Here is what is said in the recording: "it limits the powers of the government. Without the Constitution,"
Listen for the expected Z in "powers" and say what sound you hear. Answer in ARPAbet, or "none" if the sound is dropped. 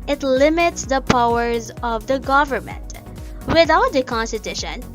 Z